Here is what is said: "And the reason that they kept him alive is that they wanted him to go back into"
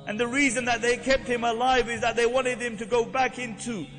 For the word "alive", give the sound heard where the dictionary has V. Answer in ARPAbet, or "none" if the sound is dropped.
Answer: V